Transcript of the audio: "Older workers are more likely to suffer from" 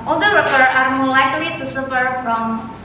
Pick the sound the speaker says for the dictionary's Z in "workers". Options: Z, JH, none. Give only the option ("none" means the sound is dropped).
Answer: none